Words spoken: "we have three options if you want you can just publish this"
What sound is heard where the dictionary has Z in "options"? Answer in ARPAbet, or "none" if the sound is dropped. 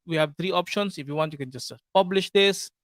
S